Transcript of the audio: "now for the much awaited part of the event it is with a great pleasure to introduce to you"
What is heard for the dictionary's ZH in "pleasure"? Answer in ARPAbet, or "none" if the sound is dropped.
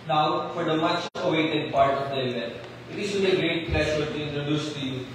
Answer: SH